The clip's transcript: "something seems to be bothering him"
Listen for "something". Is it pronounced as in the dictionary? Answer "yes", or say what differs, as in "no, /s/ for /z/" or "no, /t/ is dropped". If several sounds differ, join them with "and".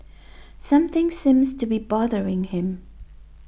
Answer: yes